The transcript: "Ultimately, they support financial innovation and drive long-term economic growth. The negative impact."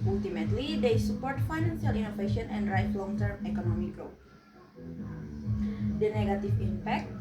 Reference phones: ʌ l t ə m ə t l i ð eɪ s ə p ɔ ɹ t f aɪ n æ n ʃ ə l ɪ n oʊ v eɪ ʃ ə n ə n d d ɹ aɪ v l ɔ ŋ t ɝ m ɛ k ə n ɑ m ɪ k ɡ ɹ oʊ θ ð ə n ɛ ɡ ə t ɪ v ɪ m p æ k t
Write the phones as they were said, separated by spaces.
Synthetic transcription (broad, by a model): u l t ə m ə t l i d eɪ s ə p ɔ ɹ t f aɪ n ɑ n s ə l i n oʊ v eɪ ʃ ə n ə n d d ɹ aɪ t l ɔ ŋ t ɝ m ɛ k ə n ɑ m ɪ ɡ ɹ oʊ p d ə n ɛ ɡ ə t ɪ f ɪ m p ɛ k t